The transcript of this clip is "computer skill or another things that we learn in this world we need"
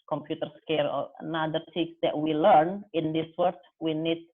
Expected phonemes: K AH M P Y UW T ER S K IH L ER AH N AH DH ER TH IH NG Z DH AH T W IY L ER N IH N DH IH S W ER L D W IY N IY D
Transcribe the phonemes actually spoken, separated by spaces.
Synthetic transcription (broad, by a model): K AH M P Y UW T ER S K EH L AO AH N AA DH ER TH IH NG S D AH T W IY L ER N IH N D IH S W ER D W IY N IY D